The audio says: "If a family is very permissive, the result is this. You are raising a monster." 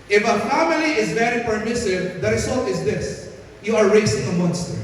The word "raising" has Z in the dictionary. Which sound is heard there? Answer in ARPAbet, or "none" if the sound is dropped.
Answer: S